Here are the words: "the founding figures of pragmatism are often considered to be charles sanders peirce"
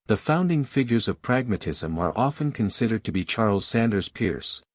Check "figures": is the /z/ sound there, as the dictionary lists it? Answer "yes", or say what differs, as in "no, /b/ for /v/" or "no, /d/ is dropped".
yes